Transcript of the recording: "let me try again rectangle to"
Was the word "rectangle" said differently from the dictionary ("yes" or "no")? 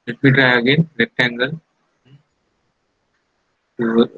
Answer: yes